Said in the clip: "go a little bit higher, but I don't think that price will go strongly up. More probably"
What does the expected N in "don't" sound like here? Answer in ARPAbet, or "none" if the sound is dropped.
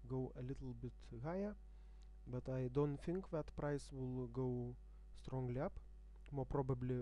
N